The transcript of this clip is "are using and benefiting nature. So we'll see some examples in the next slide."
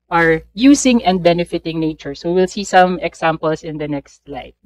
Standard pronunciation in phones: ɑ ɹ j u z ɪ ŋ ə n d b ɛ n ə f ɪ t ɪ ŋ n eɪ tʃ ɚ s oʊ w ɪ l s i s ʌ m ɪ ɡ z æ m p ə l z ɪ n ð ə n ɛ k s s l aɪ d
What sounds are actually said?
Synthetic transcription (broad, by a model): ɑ ɹ j u s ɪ ŋ ə n d b ɛ n ə f ɪ t ɪ ŋ n eɪ tʃ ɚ s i w ɪ l s i s ʌ m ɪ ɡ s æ m p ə l s ɪ n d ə n ɛ k s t l aɪ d